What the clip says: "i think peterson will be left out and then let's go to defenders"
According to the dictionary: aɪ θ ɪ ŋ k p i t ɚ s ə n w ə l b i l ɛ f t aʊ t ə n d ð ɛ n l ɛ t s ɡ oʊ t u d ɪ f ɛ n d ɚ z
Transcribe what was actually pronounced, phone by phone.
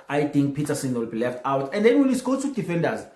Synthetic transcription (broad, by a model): aɪ t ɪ ŋ k p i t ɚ s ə n w ə l b i l ɛ f t aʊ t ə n d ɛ n w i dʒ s ɡ oʊ t u d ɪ f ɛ n d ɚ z